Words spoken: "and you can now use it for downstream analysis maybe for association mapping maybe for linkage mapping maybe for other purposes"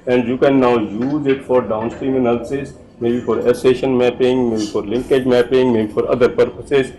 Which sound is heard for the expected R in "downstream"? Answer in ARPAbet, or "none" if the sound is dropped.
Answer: R